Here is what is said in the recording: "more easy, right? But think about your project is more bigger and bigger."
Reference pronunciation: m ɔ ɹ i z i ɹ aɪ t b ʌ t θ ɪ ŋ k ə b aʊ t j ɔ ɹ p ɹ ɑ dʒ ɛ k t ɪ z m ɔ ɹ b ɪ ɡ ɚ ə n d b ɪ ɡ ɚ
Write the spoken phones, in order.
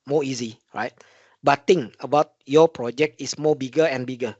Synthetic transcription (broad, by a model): m ɔ i z i ɹ aɪ t b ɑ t t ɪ ŋ ə b aʊ t j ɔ p ɹ ɑ dʒ ɛ k t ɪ s m ɔ b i ɡ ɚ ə n b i ɡ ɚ